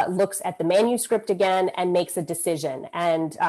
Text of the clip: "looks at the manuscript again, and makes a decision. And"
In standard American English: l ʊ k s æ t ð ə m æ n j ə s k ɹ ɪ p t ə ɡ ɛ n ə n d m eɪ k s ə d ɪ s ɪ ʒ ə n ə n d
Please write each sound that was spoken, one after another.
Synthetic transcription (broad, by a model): l ʊ k s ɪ t ð ə m æ n j ə s k ɹ ɪ p t ə ɡ ɛ n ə n m eɪ k s ə d ɪ s ɪ ʒ ə n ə n